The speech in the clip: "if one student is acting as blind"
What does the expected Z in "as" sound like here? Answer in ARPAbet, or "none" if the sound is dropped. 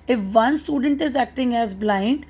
Z